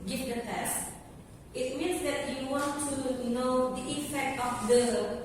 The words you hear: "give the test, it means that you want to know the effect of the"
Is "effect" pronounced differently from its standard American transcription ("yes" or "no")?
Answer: yes